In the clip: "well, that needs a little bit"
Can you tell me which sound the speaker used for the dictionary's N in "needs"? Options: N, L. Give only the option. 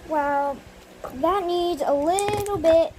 N